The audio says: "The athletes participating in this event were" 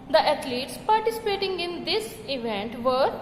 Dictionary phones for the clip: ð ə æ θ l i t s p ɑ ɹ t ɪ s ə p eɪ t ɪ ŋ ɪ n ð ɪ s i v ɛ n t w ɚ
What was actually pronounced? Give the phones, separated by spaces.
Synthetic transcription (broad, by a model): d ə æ t l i t s p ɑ ɹ t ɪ s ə p eɪ t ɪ ŋ ɪ n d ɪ s i v ɛ n t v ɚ